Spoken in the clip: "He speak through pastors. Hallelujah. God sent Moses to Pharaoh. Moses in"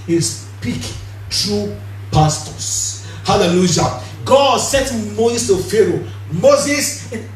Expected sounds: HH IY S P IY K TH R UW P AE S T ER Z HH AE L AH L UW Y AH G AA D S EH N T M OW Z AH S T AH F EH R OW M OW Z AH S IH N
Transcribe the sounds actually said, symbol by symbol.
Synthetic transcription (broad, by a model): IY S P IY K T R UW P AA S T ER S HH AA L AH L UW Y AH G AA D S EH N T M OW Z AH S T AH F EH R OW M OW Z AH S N